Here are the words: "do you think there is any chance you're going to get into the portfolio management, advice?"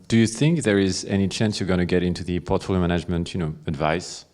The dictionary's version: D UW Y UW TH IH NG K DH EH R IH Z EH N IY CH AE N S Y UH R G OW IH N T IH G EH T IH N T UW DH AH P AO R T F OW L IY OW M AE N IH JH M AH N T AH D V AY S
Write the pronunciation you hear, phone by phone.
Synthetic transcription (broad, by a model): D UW Y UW TH IH NG K DH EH R IH Z EH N IY CH AE N S Y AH R G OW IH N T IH G EH T IH N T UW DH AH P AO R T F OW L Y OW M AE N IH JH M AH N T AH D V AY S